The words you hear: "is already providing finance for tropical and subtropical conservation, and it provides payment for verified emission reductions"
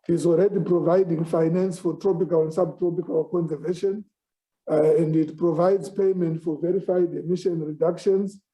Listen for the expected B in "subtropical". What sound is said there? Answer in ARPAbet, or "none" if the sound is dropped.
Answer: B